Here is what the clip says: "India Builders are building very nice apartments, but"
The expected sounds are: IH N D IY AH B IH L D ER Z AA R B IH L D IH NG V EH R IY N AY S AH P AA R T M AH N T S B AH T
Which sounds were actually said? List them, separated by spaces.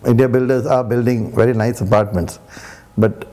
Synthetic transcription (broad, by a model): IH N D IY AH B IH L D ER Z AA R B IH L D IH NG V EH R IY N AY S AH P AA R T M AH N T S B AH T